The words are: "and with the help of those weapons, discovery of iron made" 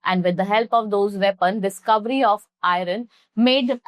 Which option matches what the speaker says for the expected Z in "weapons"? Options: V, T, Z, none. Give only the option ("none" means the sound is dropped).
none